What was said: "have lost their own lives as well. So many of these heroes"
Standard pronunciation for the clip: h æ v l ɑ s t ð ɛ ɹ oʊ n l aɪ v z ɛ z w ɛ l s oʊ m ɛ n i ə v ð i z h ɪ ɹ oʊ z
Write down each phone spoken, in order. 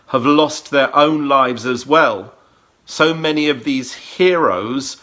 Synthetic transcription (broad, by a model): h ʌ v l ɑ s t ð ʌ ɹ oʊ n l aɪ v z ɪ z w ɛ l s oʊ m ɛ n i ə v ð i z h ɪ ɹ oʊ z